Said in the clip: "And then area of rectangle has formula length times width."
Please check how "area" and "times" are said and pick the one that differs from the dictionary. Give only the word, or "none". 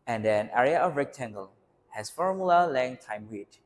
times